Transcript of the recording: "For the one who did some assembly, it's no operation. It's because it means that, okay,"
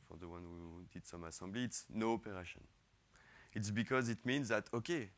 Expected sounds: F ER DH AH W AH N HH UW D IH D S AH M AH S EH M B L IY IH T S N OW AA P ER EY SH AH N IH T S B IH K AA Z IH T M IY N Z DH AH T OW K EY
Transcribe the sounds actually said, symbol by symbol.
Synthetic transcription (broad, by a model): F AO DH AH W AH N HH UW D IH D S AH M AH S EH B L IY T S N OW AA P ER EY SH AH N IH T S B IH K AA Z IH T M IY N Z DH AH T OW K EY